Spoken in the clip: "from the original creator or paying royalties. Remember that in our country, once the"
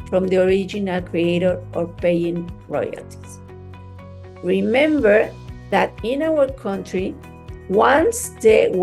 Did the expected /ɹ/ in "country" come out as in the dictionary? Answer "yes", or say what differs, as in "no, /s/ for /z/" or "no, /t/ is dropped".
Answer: yes